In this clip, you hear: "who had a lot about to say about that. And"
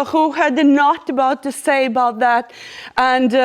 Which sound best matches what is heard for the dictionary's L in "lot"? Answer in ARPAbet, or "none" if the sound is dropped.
N